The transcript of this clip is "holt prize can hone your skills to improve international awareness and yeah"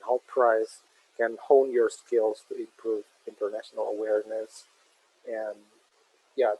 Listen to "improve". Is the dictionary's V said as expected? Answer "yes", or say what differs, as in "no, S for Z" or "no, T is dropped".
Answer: yes